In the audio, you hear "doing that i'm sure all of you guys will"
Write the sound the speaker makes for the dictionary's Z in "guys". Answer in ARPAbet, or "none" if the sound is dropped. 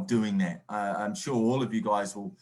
Z